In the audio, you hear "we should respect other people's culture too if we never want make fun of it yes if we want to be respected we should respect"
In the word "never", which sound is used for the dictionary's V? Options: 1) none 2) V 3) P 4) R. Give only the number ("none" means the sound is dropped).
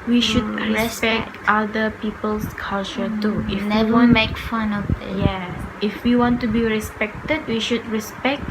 1